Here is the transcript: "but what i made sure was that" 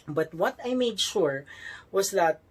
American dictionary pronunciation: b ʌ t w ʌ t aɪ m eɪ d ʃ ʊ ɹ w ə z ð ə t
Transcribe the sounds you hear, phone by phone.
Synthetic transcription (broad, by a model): b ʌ t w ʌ t aɪ m eɪ d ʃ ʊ ɹ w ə s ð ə t